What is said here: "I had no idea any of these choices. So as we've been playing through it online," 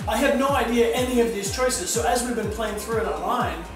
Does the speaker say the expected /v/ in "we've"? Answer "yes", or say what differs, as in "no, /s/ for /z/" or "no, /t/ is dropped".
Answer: yes